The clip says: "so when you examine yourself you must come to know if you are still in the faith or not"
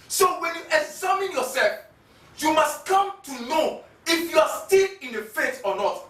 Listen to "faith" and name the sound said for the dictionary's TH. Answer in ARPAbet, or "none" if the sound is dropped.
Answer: T